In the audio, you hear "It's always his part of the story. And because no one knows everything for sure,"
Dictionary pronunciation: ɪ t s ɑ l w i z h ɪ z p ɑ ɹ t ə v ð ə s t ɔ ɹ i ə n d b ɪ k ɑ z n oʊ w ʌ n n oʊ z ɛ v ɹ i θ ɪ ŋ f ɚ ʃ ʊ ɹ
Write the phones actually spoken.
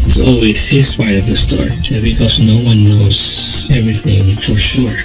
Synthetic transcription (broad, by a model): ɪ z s ɑ l w i z h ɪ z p ɑ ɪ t ə v ð ə s t ɔ ɹ i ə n b ɪ k ɑ z n oʊ w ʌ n n oʊ z ɛ v ɹ i θ ɪ ŋ f ɚ ʃ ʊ ɹ